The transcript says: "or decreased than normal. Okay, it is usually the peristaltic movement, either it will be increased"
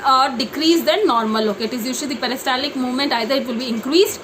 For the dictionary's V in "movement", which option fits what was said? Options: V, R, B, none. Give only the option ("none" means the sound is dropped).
V